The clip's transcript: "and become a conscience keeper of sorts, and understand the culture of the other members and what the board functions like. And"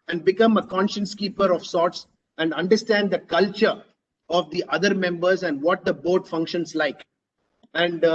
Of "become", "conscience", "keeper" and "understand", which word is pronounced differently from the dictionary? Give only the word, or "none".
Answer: none